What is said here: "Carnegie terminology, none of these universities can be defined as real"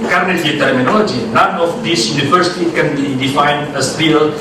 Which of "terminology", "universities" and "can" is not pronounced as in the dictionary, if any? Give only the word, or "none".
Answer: universities